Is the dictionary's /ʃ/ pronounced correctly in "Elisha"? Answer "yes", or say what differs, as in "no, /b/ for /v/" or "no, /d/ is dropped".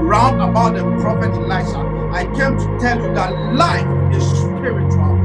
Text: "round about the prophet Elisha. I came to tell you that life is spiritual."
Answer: no, /s/ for /ʃ/